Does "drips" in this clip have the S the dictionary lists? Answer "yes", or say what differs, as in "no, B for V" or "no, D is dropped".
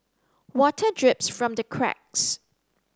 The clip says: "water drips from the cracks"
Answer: yes